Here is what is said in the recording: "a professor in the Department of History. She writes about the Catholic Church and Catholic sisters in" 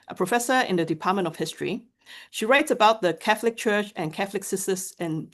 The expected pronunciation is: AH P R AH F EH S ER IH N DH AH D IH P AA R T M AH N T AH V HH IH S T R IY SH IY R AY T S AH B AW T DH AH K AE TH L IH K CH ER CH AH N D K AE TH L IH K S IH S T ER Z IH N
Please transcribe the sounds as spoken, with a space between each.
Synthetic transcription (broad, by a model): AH P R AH F EH S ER IH N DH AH D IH P AA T M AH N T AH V HH IH S T R IY SH IY R AY T S AH B AW T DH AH K AE TH L IH K CH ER CH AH N K AE TH L IH K S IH S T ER S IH N